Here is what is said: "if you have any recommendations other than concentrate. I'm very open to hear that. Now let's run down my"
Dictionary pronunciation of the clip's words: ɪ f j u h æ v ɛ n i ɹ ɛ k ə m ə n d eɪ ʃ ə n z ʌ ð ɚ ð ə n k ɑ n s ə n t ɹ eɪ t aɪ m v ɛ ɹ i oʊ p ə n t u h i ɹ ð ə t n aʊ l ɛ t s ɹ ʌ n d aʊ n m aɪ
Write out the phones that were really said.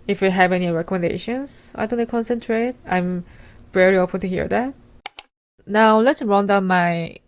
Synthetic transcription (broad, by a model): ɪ f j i h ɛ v ɛ n i ɹ ɛ k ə m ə n d eɪ ʃ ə n s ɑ ɪ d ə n k ɑ n s ə n t ɹ eɪ t aɪ m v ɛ ɹ i oʊ p ə n t u h i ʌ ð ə t n aʊ l ɛ t s ɹ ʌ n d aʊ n m aɪ